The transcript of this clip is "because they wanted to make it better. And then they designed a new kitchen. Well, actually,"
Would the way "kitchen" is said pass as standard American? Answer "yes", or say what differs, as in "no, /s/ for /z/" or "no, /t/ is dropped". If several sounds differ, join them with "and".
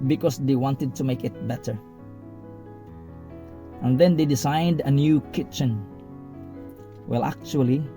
yes